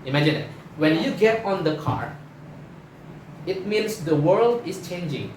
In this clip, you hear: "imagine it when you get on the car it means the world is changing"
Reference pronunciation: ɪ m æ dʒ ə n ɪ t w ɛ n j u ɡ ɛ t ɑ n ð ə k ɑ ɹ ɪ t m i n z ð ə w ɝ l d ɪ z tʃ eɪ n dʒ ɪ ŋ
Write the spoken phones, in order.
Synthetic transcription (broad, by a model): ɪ m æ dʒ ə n ɪ t w ɛ n j u ɡ ɛ t ɑ n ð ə k ɑ ɹ ɪ t m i n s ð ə w ɝ l d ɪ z tʃ eɪ n dʒ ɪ ŋ